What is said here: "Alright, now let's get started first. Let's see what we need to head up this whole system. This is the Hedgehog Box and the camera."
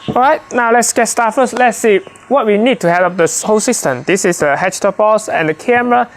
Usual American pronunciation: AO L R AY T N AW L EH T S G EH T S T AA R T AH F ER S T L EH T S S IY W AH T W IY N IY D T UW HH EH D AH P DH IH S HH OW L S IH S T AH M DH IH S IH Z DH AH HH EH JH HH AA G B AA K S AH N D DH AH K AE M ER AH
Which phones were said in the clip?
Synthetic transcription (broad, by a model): AO R AY T N AW L EH T S G EH T S T AA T F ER S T L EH T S S IY W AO T W IY N IY D T UW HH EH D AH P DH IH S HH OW S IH S T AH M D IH S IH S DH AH HH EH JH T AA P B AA S AH N D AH K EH M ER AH